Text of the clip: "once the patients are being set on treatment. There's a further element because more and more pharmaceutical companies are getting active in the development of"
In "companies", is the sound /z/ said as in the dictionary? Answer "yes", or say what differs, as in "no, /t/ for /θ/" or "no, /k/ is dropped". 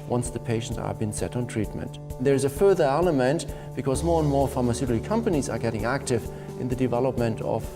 yes